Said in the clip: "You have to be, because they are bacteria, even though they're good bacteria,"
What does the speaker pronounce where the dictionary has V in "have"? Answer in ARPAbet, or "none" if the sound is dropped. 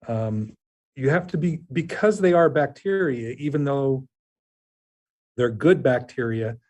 F